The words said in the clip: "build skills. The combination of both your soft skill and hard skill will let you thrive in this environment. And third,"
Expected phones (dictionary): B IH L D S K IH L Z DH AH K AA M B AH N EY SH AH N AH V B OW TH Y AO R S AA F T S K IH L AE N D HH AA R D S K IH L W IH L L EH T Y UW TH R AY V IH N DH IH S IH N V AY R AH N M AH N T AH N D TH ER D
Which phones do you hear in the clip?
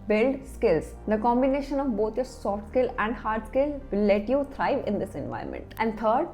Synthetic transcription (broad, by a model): B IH L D S K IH L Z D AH K AA M B AH N EY SH AH N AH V B OW T Y AO R S AA F T S K IH L AE N D HH AA R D S K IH L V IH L L EH T Y UW T R AY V IH N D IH S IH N V AY AH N M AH N T AH N D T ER D